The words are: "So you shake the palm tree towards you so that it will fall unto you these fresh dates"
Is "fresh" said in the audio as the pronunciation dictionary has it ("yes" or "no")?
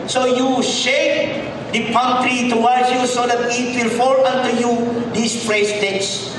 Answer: no